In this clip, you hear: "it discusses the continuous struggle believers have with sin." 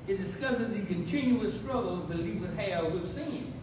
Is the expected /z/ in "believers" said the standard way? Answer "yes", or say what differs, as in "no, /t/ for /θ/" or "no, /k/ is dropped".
no, /z/ is dropped